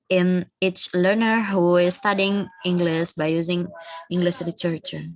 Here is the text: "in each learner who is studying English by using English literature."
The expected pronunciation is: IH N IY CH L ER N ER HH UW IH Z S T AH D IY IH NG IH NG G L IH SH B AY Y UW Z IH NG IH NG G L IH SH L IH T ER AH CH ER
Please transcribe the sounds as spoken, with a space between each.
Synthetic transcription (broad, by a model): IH N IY S L ER N ER HH UW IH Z S T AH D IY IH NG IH NG G L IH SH B AY Y UW Z IH NG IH NG G L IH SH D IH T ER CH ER